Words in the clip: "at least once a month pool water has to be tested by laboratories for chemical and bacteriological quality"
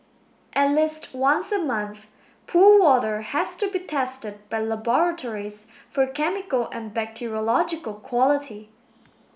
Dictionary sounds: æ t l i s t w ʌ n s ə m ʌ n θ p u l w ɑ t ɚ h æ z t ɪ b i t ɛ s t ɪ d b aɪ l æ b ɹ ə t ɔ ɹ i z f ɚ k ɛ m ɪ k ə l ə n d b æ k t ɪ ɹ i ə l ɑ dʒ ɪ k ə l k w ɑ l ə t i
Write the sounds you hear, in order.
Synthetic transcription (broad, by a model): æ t l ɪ s t w ʌ n s ə m ʌ n θ p u l w ɑ t ɚ h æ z t ɪ b i t ɛ s t ɪ d b aɪ l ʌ b ɹ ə t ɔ ɹ i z f ɚ k ɛ m ɪ k ə l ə n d b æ k t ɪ ɹ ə l ɑ dʒ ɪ k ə l k w ɑ l ə t i